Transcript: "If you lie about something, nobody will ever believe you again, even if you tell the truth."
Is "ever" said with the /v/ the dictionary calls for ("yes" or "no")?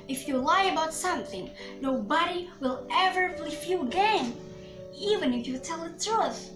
yes